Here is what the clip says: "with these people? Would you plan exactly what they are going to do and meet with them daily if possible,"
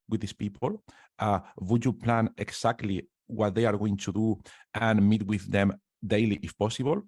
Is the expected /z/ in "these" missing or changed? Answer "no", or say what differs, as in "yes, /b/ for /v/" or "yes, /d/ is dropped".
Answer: yes, /s/ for /z/